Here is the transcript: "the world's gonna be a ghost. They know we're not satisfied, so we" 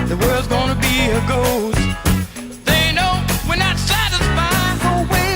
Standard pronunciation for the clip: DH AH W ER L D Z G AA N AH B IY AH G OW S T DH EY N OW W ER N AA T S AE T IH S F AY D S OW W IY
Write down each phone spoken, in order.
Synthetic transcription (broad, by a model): DH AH W ER L D Z G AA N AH B IY AH G OW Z DH EY N OW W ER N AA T S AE T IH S F AY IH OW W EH